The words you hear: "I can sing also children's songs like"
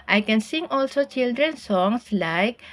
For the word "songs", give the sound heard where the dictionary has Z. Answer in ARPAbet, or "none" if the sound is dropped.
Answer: S